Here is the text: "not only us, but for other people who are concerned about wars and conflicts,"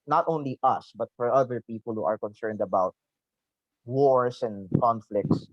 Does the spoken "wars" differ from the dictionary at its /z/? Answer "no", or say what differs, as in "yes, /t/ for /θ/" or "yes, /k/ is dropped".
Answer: yes, /s/ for /z/